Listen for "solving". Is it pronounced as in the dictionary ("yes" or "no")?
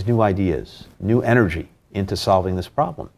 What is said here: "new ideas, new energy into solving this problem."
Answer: yes